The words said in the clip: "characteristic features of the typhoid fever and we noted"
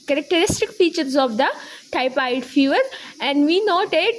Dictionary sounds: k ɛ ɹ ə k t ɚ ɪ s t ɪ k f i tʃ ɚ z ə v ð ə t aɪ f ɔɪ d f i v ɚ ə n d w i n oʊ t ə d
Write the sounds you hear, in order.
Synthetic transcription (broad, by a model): k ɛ ɹ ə k t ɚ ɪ s t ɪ k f i tʃ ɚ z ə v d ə t aɪ p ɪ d f i v ɚ ə n d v i n oʊ t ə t